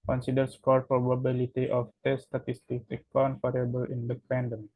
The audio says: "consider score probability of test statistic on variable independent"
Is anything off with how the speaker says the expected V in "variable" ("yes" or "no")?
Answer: yes